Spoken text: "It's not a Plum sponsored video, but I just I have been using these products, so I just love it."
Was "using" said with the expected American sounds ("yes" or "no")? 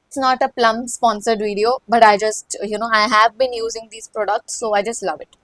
yes